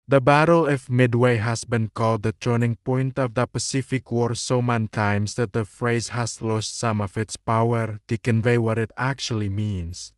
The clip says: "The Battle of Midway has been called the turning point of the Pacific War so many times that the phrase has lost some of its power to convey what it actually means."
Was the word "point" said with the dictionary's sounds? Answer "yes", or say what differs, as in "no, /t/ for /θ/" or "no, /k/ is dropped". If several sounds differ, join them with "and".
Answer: yes